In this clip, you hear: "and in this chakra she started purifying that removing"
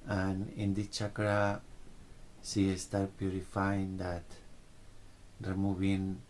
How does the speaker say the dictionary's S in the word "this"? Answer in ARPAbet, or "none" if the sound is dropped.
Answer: none